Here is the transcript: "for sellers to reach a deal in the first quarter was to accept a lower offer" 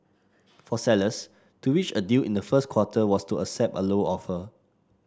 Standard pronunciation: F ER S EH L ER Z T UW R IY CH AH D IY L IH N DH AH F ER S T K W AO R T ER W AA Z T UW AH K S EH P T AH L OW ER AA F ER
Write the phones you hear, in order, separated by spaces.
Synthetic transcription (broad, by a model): F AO S EH L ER S T UW W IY CH AH D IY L IH N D AH F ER S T K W AO T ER W AA S T UW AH S EH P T AH L OW AA F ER